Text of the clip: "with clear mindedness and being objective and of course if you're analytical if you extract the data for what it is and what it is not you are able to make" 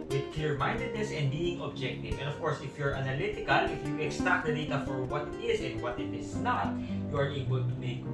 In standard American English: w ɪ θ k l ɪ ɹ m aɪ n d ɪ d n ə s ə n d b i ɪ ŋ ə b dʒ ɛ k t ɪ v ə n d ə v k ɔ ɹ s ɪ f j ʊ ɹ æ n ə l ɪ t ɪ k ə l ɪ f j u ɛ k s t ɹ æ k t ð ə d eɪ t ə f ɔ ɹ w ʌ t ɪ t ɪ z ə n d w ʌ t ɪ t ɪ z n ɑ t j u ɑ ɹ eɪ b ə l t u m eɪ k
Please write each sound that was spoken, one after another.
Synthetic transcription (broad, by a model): w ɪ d k l ɪ ɹ m aɪ n d ɪ d n ə s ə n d b i ɪ ŋ ə b dʒ ɛ k t ɪ v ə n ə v k ɔ ɹ s ɪ f j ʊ ɹ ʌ n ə l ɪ t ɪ k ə l ɪ f j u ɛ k s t ɑ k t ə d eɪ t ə f ɔ ɹ w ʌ t ɪ t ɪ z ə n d w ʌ t ɪ t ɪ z n ɑ t j u ɑ ɹ eɪ b ə l t u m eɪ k